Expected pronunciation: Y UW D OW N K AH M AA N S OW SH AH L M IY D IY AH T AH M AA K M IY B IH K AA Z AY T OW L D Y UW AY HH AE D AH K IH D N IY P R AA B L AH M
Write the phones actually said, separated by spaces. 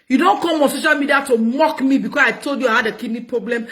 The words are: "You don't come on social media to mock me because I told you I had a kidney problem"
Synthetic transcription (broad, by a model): Y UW D OW N K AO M AA N S OW SH AH L M IY D IY AH T AH M AA K M IY B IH K AA S AY T OW L D Y UW AY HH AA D AH K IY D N IY P R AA B L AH M